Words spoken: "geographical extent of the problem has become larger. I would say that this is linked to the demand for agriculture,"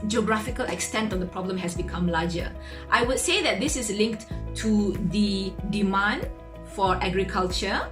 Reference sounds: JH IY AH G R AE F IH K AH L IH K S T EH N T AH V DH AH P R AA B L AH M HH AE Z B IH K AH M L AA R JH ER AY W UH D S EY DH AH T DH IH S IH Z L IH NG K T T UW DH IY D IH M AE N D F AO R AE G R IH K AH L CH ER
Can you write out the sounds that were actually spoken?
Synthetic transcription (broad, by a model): JH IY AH G R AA F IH K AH L IH K S T EH N T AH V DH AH P R AA B L AH M HH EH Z B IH K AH M L AA JH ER AY W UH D S EY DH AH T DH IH S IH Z L IH NG K T T UW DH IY D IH M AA N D F AO R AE G R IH K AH L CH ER